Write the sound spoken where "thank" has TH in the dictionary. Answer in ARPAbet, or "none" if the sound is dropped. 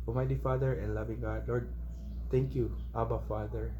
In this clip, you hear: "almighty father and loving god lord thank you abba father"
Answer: T